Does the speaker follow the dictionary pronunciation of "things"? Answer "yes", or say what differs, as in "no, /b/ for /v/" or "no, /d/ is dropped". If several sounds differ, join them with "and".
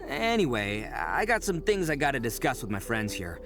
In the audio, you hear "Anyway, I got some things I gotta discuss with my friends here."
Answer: yes